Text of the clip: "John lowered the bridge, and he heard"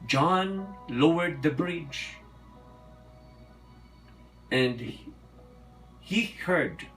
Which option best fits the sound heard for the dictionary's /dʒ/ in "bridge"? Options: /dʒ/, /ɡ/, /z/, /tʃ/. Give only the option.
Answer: /dʒ/